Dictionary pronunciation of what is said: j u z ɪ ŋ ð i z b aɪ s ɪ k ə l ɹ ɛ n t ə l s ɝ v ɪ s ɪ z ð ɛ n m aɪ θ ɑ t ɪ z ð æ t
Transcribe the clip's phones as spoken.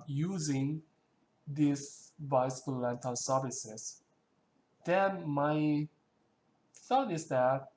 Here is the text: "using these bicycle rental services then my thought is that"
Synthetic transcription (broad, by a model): j u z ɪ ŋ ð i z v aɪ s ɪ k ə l l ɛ n t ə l s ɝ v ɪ s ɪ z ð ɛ n m aɪ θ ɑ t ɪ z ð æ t